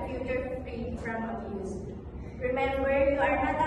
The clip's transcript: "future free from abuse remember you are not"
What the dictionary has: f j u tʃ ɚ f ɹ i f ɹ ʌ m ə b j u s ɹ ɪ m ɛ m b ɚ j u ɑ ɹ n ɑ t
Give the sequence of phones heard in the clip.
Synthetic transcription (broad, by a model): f j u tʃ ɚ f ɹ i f ɹ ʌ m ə j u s ɹ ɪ m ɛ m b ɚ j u ɑ ɹ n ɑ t